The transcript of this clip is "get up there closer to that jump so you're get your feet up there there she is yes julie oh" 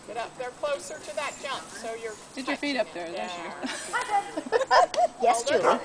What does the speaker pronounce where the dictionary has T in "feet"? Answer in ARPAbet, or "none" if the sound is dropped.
T